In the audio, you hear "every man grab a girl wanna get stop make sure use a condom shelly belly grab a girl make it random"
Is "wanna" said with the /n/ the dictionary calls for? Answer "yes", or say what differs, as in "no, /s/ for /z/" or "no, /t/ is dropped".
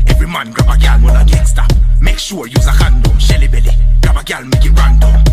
no, /l/ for /n/